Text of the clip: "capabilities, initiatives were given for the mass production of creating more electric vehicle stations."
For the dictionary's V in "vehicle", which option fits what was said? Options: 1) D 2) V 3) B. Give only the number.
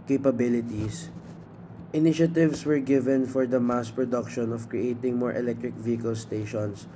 2